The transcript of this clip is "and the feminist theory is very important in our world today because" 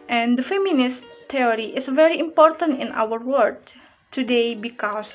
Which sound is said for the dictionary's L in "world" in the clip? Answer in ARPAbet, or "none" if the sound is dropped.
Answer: none